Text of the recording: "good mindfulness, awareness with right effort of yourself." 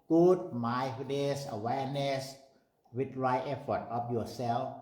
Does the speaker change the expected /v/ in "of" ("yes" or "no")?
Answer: yes